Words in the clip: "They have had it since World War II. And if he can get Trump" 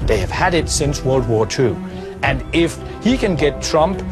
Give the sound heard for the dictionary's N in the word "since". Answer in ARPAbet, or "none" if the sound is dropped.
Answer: N